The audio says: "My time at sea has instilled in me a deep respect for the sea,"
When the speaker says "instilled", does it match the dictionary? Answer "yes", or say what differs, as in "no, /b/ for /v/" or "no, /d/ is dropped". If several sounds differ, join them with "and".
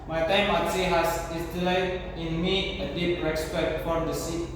no, /n/ is dropped